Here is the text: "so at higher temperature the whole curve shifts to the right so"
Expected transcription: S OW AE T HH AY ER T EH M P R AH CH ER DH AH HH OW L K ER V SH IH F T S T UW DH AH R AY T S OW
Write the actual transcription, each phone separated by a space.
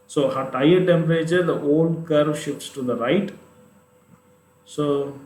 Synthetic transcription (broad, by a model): S OW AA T AY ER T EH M R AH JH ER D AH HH OW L K ER V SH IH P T S T UW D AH R AY T S OW